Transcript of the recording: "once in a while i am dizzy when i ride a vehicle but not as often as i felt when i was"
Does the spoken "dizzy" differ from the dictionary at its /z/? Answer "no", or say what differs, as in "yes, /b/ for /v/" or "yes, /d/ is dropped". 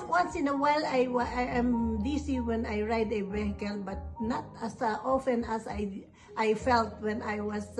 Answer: yes, /s/ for /z/